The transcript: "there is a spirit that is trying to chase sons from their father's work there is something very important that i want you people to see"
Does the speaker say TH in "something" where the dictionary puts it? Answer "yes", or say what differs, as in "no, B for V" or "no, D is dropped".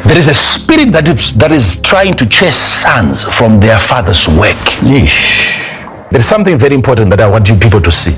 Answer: yes